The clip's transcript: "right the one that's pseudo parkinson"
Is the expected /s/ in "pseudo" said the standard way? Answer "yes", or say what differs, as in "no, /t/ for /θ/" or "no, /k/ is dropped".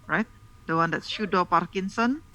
no, /ʃ/ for /s/